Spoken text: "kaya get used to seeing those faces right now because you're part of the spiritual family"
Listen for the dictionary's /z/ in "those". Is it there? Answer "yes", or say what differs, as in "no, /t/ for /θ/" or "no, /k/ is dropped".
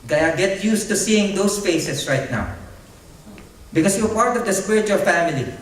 no, /s/ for /z/